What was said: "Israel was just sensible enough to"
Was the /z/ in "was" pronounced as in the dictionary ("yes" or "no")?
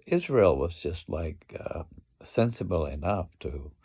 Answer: yes